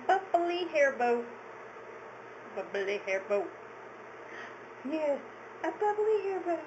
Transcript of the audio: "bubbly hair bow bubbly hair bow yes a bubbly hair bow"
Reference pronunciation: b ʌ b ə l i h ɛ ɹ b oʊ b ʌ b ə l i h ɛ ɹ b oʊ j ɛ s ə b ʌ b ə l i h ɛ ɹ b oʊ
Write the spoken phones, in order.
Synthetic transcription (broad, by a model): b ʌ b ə l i h ɛ ɹ b oʊ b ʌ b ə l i h ɛ ɹ b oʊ j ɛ ə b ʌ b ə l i h ɛ ɹ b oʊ